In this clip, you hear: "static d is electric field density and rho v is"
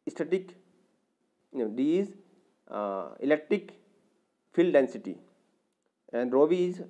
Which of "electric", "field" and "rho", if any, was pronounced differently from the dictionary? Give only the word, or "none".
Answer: none